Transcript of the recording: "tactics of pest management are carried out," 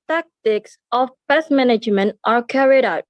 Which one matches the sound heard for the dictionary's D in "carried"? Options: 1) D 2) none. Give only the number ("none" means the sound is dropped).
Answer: 1